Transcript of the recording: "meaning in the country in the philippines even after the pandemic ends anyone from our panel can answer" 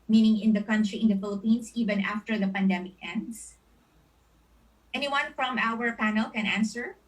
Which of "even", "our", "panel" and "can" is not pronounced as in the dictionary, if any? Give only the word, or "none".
none